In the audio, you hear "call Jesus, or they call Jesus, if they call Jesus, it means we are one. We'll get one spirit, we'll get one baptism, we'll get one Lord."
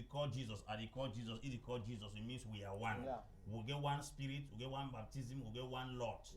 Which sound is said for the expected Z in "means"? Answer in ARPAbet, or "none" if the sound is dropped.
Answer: S